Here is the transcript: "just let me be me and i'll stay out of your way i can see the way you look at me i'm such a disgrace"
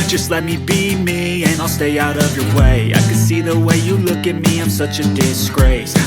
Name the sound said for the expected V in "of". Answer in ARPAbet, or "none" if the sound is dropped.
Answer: V